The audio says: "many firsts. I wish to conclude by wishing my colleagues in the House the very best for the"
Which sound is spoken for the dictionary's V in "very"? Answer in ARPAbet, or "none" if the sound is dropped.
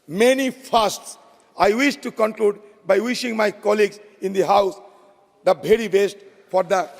B